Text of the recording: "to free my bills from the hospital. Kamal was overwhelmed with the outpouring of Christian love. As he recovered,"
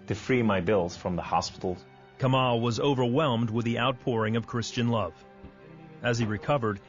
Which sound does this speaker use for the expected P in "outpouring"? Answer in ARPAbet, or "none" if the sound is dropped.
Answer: P